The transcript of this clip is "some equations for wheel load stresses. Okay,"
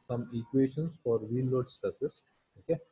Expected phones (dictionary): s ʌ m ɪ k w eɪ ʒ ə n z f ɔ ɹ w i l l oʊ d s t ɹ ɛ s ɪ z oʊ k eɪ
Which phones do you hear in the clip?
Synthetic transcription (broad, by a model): s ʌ m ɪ k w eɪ ʃ ə n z f ɔ ɹ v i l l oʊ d s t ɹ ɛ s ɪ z oʊ k eɪ